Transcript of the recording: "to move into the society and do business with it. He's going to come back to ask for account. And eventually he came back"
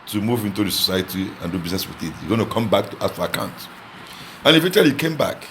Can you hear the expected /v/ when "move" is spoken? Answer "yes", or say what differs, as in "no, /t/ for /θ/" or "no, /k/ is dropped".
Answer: yes